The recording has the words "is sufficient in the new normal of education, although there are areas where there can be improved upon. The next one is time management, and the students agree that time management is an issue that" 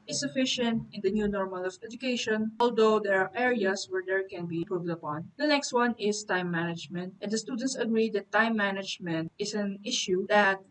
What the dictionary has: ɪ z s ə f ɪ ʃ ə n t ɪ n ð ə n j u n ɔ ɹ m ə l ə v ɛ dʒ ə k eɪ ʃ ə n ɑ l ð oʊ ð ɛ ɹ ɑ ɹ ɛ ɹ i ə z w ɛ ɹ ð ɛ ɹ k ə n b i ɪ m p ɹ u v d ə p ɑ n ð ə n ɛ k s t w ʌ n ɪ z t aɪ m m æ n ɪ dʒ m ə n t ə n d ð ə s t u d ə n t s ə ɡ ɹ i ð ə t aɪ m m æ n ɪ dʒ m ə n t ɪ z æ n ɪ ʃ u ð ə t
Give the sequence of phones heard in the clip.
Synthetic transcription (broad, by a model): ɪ s ə f ɪ ʃ ə n t ɪ n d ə n j u n ɔ ɹ m ə l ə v ɛ dʒ ə k eɪ ʃ ə n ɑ l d oʊ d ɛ ɹ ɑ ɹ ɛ ɹ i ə s w ɛ ɹ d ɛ ɹ k ə n b i p ɹ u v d ə p ɑ n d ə n ɛ k s t w ʌ n ɪ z t aɪ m m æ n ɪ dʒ m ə n t ə n d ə s t u d ə n t s ə ɡ ɹ i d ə t aɪ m m æ n ɪ dʒ m ə n t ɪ s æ n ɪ ʃ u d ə t